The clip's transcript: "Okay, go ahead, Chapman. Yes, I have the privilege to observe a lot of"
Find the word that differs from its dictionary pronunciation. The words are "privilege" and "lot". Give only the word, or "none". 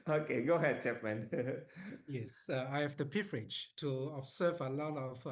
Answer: privilege